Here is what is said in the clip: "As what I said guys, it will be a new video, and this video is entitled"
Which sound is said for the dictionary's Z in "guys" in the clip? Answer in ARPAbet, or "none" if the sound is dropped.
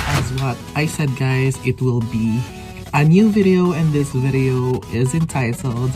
Z